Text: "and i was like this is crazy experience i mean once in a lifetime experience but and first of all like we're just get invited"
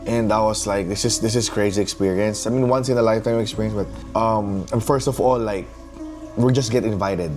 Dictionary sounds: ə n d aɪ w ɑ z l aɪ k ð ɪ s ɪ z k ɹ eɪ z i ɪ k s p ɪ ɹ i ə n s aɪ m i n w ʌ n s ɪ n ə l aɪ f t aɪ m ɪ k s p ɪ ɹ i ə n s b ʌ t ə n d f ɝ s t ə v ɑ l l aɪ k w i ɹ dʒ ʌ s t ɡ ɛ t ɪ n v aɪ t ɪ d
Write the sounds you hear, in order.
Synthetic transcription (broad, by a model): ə n d aɪ w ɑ s l aɪ k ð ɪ s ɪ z k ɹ eɪ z i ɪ k s p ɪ ɹ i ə n s aɪ m i n w ʌ n s ɪ n ə l aɪ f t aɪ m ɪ k s p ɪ ɹ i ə n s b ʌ t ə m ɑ f ɝ s t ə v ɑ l l aɪ k w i l dʒ ʌ s t ɡ ɛ t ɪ n v aɪ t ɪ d